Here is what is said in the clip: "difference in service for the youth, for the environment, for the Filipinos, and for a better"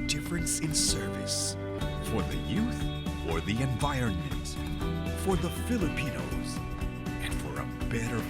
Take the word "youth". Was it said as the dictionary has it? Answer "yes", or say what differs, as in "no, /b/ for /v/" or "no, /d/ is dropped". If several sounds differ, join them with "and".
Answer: yes